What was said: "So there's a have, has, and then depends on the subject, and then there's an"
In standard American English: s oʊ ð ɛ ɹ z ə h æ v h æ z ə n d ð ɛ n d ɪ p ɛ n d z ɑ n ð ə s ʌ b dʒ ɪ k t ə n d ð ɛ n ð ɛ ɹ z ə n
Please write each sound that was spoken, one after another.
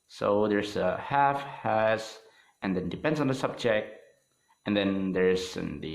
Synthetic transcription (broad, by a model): s oʊ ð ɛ ɹ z ə h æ f h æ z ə n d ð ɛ n d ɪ p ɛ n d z ɑ n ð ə s ʌ b dʒ ɪ k t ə n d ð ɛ n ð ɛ ɹ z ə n